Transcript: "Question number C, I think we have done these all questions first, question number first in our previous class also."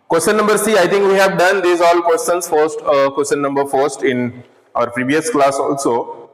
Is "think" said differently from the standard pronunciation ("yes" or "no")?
yes